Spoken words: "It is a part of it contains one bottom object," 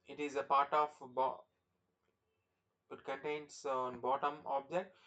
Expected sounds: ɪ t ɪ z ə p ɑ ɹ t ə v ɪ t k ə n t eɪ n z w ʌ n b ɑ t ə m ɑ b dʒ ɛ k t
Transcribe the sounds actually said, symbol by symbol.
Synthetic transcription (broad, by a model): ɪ t ɪ z ə p ɑ ɹ t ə b ɪ t k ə n t eɪ n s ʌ n b ɑ t ə m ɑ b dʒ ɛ k t